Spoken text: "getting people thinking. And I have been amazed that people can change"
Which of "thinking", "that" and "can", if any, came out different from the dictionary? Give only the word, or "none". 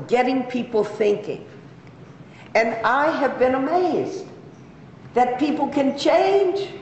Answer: none